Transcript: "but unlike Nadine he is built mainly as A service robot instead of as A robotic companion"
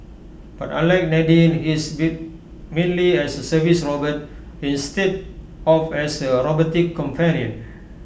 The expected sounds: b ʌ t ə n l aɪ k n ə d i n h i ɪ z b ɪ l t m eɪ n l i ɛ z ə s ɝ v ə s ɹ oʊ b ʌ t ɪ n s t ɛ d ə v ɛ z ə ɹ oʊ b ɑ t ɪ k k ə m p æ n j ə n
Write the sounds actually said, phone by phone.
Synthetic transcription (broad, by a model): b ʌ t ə l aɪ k n ə d i n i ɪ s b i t m eɪ n l i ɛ s ə s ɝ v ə s ɹ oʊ b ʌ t ɪ n s t ɛ d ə f ɛ s ə ɹ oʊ b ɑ t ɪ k k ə m p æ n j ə n